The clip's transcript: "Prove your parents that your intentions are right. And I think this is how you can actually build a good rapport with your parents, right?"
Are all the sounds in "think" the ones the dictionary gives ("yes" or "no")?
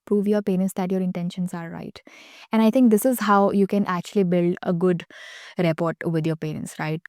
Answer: no